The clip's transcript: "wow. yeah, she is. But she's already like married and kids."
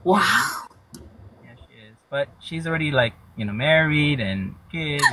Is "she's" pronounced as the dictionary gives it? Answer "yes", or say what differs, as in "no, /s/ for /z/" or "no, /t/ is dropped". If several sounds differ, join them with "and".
yes